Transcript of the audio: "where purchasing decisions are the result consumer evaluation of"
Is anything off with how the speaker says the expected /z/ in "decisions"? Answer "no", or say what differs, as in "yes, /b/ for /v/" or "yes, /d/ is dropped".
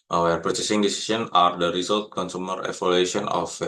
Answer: yes, /z/ is dropped